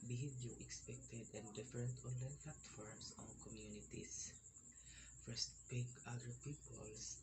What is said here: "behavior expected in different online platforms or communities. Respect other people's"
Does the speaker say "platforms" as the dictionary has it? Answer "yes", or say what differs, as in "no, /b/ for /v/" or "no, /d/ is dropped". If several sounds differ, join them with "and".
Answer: no, /s/ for /z/